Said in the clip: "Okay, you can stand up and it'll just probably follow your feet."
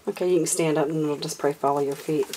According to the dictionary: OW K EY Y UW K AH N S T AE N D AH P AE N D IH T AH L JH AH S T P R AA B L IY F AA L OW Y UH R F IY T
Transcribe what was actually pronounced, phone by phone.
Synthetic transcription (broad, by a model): OW K EY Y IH K AH N S T AE N D AH P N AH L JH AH S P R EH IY F AA L OW Y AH R F IY T